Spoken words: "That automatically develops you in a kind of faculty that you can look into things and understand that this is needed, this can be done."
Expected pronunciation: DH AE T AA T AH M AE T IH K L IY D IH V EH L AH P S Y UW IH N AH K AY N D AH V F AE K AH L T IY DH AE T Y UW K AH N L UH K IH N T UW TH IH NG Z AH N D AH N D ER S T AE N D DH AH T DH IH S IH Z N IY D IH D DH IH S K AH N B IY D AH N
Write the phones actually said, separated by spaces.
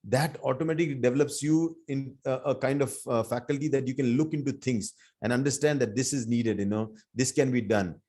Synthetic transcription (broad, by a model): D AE T AA T AH M AE T IH K L IY D IH V EH L AH P S Y UW IH N AH K AY N D AH V F AE K AH L T IY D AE T Y UW K AH N L UH K IH N T UW T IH NG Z AH N D AH N D ER S T AE N D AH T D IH S IH Z N IY D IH D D IH S K AH N B IY D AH N